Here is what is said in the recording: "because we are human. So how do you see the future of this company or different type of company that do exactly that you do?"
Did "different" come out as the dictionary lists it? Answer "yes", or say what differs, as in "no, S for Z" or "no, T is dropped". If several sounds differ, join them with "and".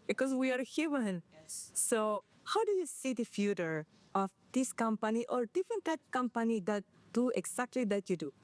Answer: no, R is dropped